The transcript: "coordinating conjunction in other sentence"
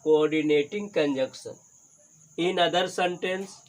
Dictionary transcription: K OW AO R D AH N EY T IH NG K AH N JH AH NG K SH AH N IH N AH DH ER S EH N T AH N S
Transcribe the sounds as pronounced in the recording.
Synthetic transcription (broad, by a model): K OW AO R D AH N EY T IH NG K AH N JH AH K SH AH N IH N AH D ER S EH N T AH N S